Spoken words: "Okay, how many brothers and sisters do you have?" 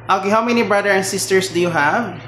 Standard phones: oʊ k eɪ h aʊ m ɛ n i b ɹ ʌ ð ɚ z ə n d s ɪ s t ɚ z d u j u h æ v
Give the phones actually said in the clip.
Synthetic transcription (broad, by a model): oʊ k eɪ h aʊ m ɛ n i b ɹ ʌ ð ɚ ə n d s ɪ s t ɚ s d u j u h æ v